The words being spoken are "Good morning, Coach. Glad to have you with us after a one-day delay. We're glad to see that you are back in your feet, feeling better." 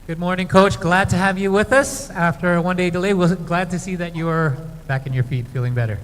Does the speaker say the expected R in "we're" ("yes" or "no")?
no